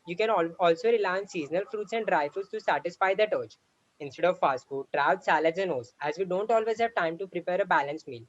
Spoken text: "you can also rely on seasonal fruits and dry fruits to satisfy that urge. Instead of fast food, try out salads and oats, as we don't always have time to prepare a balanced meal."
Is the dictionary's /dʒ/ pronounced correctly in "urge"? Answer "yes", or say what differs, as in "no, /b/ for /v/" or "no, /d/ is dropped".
no, /tʃ/ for /dʒ/